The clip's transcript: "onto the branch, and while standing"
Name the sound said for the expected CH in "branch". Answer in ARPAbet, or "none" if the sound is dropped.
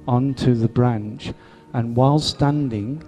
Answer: CH